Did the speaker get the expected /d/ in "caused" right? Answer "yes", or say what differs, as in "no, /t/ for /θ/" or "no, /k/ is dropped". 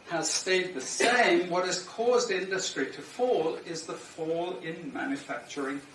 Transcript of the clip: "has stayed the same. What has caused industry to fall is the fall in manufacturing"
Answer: yes